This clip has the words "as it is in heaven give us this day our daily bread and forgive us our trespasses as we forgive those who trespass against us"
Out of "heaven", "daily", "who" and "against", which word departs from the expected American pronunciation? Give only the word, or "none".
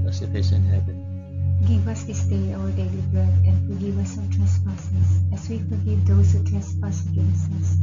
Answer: heaven